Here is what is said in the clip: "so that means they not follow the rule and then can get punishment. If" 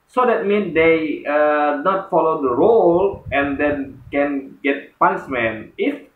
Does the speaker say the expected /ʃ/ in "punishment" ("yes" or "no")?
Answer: no